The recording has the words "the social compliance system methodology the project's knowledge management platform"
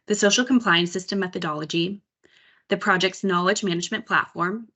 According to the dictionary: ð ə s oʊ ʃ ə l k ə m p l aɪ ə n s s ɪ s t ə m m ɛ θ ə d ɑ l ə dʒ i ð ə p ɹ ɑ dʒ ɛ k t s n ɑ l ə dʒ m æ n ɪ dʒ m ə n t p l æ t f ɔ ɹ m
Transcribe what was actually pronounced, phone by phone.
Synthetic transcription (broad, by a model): ð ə s oʊ ʃ l k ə m p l aɪ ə n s s ɪ s t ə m m ɛ θ ə d ɑ l ə dʒ i ð ə p ɹ ɑ dʒ ɛ k t s n ɑ l ə dʒ m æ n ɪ dʒ m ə n p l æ t f ɔ ɹ m